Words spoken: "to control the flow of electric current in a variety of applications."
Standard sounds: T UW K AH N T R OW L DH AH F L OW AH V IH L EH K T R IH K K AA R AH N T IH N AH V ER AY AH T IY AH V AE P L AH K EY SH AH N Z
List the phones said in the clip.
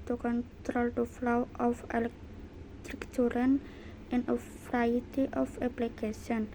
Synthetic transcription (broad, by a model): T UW K AH N T R OW L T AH F L OW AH F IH L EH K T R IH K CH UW R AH N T IH N AH F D AY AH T IY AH F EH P L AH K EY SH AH N